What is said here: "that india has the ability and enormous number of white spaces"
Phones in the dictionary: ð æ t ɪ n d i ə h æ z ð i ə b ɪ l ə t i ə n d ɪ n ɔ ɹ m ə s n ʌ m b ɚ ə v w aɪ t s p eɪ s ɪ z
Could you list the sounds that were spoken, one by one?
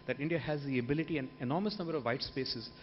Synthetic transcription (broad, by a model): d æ t ɪ n d i ə h æ z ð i ə b ɪ l ə t i ə n d ɪ n ɔ ɹ m ə s n ʌ m b ɚ ə v aɪ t s p eɪ s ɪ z